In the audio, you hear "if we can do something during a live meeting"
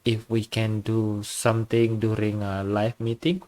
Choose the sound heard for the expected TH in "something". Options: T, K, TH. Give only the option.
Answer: T